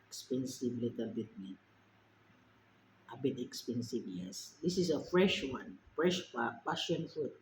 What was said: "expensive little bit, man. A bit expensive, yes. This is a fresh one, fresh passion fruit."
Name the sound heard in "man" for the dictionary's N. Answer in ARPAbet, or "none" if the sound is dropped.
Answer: none